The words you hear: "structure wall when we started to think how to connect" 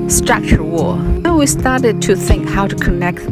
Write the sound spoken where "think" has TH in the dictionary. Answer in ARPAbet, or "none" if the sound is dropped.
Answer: TH